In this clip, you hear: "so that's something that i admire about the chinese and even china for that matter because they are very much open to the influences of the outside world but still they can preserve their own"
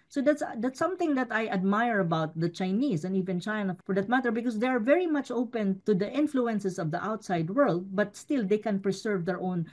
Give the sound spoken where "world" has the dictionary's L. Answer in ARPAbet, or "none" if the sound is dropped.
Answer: L